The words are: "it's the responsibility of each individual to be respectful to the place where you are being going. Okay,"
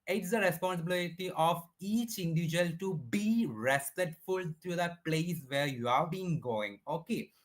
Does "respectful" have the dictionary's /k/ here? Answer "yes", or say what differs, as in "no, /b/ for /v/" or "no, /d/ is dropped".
no, /k/ is dropped